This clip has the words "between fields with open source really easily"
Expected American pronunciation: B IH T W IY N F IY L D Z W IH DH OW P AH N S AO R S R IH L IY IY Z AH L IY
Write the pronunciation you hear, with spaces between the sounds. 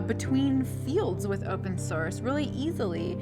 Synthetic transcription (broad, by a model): B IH T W IY N F IY L D Z W IH DH OW P AH N S AO R S R IH L IY IY Z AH L IY